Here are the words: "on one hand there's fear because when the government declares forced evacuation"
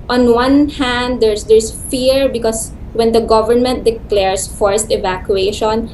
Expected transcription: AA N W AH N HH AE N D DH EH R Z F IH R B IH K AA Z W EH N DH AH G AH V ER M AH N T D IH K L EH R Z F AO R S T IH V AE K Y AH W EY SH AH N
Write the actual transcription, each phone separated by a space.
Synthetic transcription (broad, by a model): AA N W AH N HH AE N D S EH R S F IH R B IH K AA S W EH N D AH G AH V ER M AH N T D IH K L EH R S F AO R S T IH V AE K Y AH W EY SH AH N